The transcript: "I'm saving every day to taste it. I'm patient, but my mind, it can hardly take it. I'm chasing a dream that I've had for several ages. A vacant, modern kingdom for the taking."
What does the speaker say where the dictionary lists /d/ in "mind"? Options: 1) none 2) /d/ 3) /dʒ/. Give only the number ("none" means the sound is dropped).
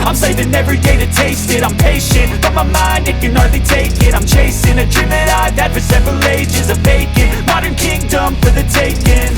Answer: 2